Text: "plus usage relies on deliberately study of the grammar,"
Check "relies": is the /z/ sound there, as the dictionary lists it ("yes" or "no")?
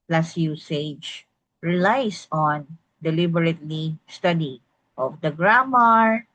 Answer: no